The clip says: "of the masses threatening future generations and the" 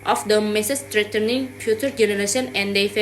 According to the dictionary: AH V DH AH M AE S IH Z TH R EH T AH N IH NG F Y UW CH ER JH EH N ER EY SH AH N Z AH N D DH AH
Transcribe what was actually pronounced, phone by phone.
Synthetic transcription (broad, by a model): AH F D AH M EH S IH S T R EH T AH N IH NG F Y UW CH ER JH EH N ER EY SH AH N AH N D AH